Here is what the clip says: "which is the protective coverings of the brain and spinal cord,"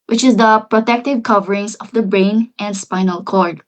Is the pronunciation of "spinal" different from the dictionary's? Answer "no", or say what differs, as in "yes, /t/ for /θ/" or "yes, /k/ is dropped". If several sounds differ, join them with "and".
no